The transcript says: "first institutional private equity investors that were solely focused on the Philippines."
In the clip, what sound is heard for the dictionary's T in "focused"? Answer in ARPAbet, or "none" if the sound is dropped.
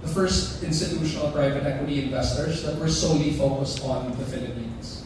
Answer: T